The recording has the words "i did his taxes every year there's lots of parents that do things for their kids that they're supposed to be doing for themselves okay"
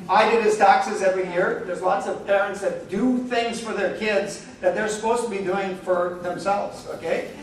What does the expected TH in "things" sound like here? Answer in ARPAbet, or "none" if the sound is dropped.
TH